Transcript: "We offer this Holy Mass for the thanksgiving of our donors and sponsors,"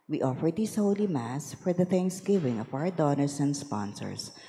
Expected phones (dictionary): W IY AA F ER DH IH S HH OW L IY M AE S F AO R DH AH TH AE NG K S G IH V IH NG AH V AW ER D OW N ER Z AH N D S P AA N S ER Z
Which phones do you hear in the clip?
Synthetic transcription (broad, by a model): W IY AA F ER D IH S HH OW L IY M AE S F AO R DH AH TH AE NG K S G IH V IH NG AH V AW ER D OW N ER S AH N D S P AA N S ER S